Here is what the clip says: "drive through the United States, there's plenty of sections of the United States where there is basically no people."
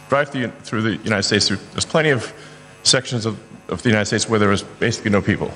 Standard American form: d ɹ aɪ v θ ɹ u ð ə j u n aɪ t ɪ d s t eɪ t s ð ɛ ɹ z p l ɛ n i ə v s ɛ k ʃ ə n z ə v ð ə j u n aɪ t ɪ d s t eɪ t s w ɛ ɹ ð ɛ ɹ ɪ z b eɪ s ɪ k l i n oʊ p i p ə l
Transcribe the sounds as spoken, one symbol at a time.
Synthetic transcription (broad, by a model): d ɹ aɪ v θ ɹ u ð ə j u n aɪ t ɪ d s t eɪ t s ð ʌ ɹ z p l ɛ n i ə v s ɛ k ʃ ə n z ə v ð ə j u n aɪ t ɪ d s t eɪ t s w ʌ ɹ ð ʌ ɹ ɪ z b eɪ s ɪ k l i n oʊ p i p l